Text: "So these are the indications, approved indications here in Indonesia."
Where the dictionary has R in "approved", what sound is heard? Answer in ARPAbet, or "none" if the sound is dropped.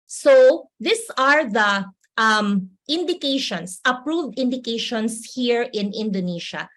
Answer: R